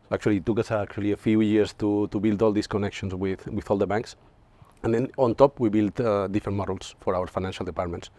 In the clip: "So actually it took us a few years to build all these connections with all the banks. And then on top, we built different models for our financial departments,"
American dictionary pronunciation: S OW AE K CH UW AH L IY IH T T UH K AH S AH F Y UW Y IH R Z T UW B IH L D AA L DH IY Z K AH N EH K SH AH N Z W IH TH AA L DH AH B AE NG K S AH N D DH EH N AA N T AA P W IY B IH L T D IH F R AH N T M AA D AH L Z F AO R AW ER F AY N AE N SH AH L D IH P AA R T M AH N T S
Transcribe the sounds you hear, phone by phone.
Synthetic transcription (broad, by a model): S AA K CH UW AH L IY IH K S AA K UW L AH F Y UW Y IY R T T UW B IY L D AA L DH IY S K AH N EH K SH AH N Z W IH TH AA L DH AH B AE NG K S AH N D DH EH N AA N T AA P W IY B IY L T D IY F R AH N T M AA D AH L S F AO R AW ER F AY N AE N SH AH L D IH P AA R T M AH N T S